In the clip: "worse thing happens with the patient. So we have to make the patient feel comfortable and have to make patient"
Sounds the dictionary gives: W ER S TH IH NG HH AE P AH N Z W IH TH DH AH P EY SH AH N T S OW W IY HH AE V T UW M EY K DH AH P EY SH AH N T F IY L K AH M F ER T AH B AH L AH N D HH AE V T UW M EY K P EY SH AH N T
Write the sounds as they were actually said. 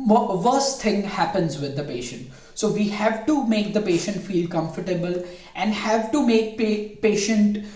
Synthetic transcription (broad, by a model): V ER S T IH NG HH AE P AH N Z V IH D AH P EY SH AH N T S OW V IY HH AE V T UW M EY K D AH P EY SH AH N T F IY L K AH M F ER T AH B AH L AH N D HH AE V T UW M EY K P EY SH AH N T